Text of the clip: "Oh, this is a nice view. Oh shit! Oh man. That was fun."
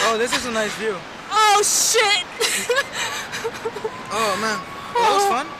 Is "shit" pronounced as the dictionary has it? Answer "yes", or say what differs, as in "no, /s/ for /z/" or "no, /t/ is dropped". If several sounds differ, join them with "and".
yes